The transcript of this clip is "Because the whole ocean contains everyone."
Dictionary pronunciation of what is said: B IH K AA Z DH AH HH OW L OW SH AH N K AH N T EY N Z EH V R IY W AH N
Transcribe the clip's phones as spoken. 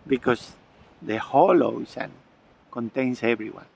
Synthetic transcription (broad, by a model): B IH K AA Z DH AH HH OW L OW S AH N K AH N T EY N S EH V R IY W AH N